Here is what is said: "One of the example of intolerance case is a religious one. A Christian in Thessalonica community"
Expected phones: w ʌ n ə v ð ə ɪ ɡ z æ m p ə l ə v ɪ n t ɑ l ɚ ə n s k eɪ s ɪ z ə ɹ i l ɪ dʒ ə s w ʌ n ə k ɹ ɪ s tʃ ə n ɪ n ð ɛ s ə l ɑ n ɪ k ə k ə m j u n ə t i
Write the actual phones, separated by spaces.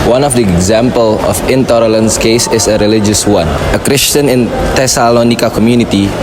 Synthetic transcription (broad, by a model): w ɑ n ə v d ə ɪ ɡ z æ m p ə l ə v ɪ n t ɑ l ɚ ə n s k eɪ s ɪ s ə ɹ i l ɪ dʒ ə s w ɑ n ə k ɹ ɪ s tʃ ə n ɪ n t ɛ s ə l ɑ n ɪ k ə k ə m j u n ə t i